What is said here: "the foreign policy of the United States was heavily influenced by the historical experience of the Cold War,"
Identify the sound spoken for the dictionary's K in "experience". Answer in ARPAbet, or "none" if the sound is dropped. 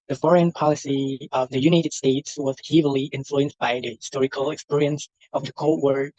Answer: K